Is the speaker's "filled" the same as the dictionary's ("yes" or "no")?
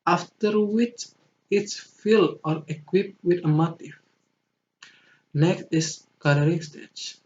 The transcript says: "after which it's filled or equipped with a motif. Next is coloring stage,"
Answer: no